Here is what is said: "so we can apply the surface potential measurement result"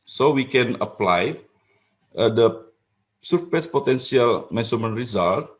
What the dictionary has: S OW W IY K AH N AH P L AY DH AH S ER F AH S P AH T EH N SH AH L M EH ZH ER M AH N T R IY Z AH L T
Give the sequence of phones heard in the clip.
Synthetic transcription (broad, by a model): S OW W IY K AH N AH P L AY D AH S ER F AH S P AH T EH N S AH L M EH S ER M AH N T R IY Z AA L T